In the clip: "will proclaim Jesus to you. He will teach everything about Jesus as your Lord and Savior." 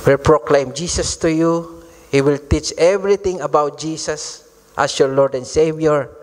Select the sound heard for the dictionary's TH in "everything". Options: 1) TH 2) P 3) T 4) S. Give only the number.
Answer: 3